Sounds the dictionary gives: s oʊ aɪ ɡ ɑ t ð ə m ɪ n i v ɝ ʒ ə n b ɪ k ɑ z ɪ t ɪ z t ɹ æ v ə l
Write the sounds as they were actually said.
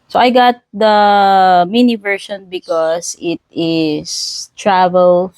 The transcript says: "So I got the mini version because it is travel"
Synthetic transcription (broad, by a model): s oʊ aɪ ɡ ɑ t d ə m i n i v ɝ ʃ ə n b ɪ k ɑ s ɪ t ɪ s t ɹ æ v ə l